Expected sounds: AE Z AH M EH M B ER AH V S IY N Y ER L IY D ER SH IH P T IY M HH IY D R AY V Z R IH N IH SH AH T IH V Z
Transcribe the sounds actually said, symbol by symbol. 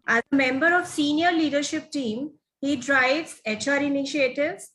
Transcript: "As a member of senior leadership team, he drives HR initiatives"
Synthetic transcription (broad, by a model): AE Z AH M EH M B ER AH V S IY N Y ER L IY D ER SH IH P T IY M HH IY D R AY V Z R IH N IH SH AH T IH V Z